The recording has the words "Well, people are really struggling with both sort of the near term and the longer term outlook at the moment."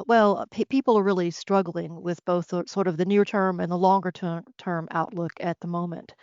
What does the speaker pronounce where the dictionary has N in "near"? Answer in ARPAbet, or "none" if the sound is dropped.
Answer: N